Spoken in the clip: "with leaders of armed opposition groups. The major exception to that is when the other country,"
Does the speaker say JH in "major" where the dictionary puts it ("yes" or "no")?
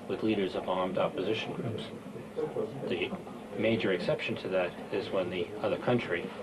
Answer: yes